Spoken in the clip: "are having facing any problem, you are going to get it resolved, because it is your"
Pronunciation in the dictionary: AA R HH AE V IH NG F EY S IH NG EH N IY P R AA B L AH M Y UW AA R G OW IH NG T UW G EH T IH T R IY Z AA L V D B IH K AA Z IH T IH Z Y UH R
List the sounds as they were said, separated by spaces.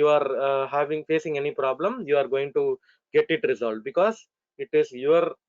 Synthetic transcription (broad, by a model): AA R HH AE V IH NG F EY S IH NG EH N IY P R AA B L AH M Y UW AA R G OW IH NG T UW G EH T IH T R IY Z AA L D B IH K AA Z IH T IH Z Y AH R